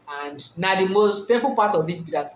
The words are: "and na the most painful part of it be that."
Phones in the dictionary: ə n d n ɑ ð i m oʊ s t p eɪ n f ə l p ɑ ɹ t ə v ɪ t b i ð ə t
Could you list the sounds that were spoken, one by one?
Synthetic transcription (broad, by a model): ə n d n ɑ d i m oʊ s t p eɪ f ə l p ɑ t ə v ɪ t b i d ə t